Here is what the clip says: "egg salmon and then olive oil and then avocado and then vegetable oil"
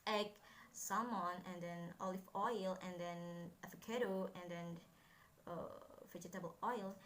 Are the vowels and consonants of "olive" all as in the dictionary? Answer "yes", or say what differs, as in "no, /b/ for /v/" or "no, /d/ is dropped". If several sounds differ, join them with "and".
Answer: no, /f/ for /v/